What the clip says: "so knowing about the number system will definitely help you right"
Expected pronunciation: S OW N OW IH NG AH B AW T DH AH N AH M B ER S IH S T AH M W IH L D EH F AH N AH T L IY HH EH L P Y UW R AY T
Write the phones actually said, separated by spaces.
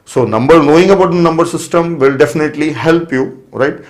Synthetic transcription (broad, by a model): S OW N OW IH NG AH B AW T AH N AH M B ER S IH S T AH M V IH L D EH F AH N AH T L IY HH EH L P Y UW R AY T